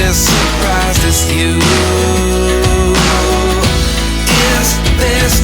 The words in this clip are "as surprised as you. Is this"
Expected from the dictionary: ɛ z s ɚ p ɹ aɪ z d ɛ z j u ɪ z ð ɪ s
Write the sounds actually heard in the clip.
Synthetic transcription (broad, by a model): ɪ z s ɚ p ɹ aɪ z ɪ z j u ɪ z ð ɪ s